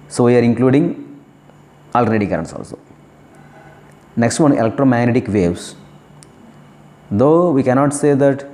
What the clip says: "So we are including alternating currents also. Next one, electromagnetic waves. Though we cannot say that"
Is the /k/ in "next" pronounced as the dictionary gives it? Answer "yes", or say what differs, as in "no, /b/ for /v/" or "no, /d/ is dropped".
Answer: yes